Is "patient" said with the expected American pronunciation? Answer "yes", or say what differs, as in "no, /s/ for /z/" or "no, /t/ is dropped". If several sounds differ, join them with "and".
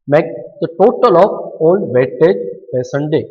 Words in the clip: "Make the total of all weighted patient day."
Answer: no, /s/ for /ʃ/